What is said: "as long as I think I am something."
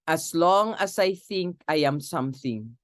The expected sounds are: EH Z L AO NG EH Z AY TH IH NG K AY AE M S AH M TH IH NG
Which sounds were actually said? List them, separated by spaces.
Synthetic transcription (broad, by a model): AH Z L AO NG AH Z AY TH IH NG K AY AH M S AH M TH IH NG